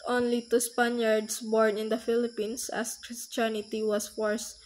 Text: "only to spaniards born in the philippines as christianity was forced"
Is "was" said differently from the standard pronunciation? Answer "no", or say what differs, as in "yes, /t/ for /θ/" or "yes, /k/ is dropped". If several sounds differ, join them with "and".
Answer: yes, /s/ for /z/